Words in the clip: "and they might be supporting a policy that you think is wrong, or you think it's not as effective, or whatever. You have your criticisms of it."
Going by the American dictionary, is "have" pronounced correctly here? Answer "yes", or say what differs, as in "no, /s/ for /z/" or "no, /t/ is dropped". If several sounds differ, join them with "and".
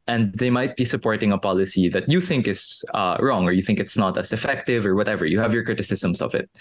yes